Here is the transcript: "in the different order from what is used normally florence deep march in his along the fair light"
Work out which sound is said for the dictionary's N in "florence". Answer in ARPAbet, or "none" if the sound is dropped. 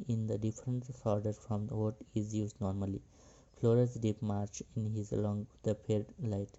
none